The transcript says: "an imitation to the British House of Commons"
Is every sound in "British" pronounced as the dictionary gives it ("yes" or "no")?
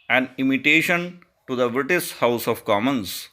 no